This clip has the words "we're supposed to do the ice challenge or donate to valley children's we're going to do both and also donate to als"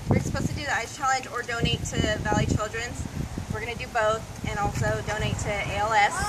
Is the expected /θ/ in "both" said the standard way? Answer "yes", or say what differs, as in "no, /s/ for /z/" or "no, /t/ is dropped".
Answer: yes